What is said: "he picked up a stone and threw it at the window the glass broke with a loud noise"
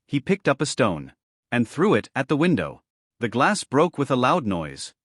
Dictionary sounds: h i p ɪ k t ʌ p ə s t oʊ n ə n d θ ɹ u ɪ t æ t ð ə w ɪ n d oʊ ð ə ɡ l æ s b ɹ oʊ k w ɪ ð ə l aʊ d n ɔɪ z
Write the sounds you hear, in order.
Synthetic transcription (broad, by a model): h i p ɪ k t ʌ p ə s t oʊ n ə n θ ɹ u ɪ t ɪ t ð ə w ɪ n d oʊ ð ə ɡ l æ s b ɹ oʊ k w ɪ ð ə l aʊ d n ɔɪ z